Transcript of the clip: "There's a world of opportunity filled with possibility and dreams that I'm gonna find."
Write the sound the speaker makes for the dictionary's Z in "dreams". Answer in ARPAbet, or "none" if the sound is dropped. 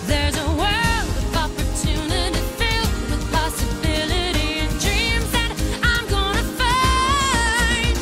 Z